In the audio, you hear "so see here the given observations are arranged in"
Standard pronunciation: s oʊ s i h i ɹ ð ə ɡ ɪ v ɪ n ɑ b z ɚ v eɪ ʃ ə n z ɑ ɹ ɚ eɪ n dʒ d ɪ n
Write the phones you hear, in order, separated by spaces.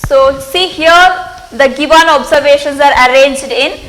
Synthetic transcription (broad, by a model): s oʊ s i h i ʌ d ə ɡ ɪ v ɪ n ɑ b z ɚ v eɪ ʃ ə n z ɑ ɹ ɚ eɪ n dʒ d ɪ n